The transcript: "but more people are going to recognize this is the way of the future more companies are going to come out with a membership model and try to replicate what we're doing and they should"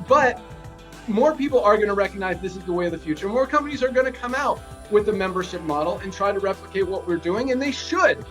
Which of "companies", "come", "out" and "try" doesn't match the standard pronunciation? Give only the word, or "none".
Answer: none